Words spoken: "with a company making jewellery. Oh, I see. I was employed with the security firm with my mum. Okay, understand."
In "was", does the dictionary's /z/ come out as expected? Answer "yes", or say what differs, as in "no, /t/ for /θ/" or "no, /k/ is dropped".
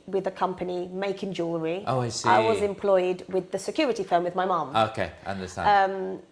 yes